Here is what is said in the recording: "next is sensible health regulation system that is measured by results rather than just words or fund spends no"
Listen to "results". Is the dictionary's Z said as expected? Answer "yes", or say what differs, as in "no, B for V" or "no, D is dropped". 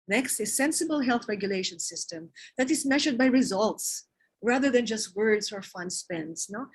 yes